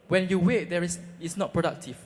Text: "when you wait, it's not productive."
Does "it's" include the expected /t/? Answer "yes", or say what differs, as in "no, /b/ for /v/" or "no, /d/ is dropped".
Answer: no, /s/ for /t/